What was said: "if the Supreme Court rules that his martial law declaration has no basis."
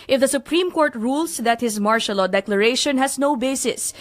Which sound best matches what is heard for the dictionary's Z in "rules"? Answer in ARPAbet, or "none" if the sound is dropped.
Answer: S